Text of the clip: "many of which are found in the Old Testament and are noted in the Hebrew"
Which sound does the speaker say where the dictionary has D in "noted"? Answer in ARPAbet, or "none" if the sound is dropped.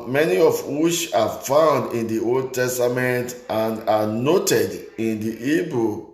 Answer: D